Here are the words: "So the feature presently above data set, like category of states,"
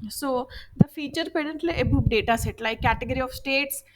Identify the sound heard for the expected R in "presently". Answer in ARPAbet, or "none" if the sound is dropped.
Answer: none